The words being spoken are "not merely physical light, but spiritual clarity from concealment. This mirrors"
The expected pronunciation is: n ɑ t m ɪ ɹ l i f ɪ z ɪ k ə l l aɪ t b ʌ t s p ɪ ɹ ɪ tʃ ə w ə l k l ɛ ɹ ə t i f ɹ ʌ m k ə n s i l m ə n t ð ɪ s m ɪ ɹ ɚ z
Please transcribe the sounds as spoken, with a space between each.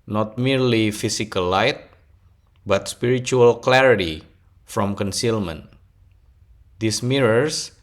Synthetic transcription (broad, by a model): n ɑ t m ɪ ɹ l i f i s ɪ k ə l l aɪ t b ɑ t s p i ɹ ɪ tʃ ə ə l k l ɛ ɹ ə t i f ɹ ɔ m k ə n s i l m ə n t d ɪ s m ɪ ɹ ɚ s